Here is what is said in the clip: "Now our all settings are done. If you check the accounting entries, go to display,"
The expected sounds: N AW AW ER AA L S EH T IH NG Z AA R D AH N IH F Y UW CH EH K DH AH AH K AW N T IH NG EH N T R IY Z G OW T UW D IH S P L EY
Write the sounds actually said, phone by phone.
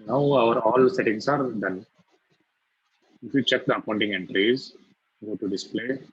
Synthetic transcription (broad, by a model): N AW AW ER AA L S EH T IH NG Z AA R D AH N IH F Y UW CH EH K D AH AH UH N T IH NG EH N T R IY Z G OW T UW D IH S P L EY